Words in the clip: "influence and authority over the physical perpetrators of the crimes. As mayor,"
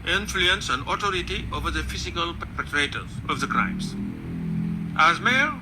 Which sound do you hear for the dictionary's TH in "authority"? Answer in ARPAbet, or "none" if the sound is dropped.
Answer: T